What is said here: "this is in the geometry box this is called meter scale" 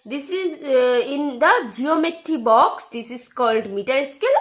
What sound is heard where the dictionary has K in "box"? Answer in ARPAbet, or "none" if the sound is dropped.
K